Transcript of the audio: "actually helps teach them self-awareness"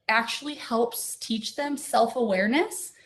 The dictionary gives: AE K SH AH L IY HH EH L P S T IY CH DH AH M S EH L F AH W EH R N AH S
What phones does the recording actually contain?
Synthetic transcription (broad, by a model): AE K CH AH L IY HH EH L P S T IY CH DH AH M S EH L F AH W EH R N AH S